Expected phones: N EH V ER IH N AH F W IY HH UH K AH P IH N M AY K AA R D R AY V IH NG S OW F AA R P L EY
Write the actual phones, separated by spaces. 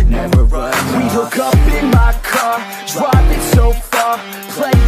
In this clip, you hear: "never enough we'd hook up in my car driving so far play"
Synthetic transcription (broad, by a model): W IY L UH K AH P IH N M AY K AA R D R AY P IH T S OW F AA R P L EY